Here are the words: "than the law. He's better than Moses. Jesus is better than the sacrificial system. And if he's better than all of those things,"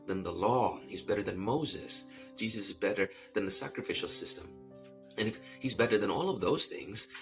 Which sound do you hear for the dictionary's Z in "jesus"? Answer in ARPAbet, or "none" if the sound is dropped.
Z